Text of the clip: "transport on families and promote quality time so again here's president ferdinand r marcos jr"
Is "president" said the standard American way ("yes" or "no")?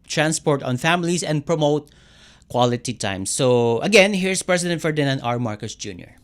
no